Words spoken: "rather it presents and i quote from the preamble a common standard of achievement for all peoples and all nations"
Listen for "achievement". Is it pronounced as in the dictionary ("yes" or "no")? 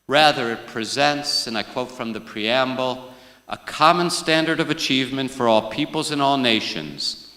yes